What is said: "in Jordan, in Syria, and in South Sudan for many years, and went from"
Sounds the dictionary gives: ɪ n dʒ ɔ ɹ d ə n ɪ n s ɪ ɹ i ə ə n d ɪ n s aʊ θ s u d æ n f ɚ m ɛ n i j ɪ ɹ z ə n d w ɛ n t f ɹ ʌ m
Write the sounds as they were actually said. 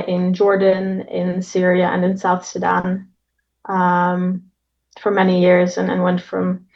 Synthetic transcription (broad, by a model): ɪ n dʒ ɔ ɹ d ə n ɪ n s ɪ ɹ i ə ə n ɪ n s aʊ θ s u d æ n f ɚ m ɛ n i j ɪ ɹ z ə n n w ɛ n t f ɹ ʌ m